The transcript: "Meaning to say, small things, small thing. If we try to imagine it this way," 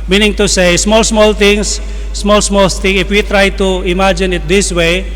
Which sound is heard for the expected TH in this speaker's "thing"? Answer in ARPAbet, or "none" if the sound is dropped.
T